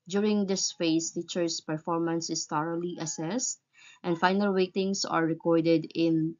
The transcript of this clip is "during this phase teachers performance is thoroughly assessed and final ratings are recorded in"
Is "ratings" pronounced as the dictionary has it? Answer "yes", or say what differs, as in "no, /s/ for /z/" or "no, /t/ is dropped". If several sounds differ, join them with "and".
no, /w/ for /ɹ/ and /s/ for /z/